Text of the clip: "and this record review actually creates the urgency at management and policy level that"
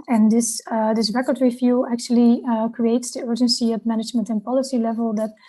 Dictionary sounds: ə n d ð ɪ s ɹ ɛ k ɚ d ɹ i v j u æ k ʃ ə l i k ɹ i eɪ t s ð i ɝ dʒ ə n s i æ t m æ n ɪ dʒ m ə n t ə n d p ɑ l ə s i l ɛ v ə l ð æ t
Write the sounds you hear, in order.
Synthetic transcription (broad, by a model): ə n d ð ɪ s ɹ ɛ k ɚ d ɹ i f j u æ k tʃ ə l i k ɹ i eɪ t s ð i ɝ dʒ ə n s i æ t m æ n ɪ dʒ m ə n t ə n p ɑ l ə s i l ɛ v ə l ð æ t